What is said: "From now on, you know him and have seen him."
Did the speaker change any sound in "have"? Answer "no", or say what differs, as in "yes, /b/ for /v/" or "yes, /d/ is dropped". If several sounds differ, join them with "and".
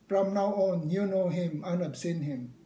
yes, /p/ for /v/